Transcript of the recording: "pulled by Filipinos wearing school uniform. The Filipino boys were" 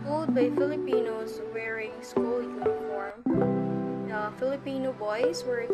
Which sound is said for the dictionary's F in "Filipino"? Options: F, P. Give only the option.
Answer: F